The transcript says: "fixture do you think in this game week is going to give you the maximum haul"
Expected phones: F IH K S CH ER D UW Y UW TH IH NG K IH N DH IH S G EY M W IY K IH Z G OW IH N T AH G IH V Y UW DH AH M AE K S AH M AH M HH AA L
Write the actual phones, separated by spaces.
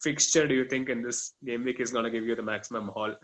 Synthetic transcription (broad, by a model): F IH K S CH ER D UW Y UW T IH NG K IH N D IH S G EY M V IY K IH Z G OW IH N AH G IH V Y UW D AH M AE K S AH M AH M HH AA L